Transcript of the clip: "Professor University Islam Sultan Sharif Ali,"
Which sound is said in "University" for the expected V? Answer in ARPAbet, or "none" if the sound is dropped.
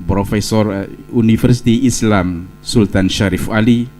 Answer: F